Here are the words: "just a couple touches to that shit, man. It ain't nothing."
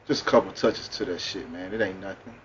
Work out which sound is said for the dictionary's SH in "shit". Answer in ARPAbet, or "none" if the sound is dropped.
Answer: SH